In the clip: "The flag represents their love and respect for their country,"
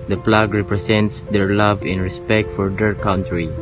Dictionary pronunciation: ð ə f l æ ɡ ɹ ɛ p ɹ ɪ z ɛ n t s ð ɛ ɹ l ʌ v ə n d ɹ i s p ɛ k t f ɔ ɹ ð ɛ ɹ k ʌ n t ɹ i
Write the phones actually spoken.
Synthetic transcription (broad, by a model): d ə p l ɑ ɡ ɹ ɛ p ɹ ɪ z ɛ n t s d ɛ ɹ l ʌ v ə n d ɹ i s p ɛ k t f ɔ ɹ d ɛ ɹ k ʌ n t ɹ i